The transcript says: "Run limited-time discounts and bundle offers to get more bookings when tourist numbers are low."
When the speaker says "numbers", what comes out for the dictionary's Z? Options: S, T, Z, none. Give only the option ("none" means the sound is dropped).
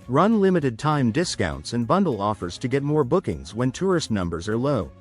Z